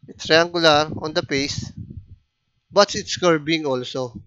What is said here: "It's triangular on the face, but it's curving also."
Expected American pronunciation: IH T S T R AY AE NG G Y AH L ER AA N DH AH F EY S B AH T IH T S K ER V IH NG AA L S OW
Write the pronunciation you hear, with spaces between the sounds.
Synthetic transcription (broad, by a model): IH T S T R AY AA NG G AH L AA AA N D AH P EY S B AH T IH T S K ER B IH NG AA L S OW